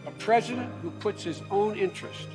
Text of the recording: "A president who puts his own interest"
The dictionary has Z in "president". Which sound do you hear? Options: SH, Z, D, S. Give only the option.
Z